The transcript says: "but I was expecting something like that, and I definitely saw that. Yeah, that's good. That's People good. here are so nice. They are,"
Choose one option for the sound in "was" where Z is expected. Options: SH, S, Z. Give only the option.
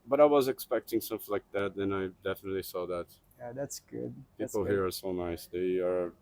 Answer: Z